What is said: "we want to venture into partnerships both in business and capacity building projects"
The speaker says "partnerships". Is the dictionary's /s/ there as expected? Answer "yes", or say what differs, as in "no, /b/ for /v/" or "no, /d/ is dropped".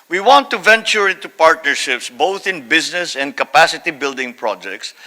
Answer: yes